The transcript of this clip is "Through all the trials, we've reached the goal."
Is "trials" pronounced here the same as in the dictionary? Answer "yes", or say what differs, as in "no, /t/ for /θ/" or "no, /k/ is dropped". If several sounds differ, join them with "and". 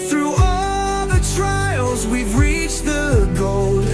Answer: yes